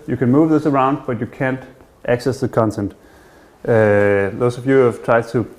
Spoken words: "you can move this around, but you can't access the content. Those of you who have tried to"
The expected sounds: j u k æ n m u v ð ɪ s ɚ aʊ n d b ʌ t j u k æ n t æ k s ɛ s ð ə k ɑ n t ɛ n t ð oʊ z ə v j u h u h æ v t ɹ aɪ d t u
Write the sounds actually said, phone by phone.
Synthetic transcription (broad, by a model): j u k æ n m u v ð ɪ s ɚ aʊ n d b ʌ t j u k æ n t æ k s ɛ s ð ə k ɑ n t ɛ n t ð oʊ s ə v j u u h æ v t ɹ aɪ d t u